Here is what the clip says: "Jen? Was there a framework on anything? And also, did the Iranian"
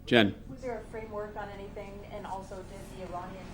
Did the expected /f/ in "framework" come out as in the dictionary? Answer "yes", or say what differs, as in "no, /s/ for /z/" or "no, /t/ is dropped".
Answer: yes